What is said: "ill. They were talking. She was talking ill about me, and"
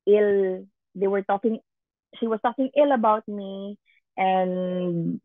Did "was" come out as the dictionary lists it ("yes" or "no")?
no